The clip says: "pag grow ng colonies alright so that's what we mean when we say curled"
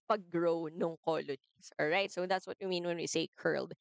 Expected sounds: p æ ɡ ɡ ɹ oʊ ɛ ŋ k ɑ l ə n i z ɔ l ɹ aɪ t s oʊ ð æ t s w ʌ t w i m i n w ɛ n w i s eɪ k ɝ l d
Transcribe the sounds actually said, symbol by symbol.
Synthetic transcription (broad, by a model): p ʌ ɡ ɡ ɹ oʊ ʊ ŋ k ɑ l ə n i s ɔ l ɹ aɪ t s oʊ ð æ t s w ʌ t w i m i n w ɛ n w i s eɪ k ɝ l d